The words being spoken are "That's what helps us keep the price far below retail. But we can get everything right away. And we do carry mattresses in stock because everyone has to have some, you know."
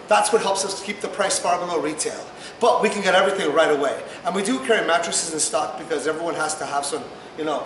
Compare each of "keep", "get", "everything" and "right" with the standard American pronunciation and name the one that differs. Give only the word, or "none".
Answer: none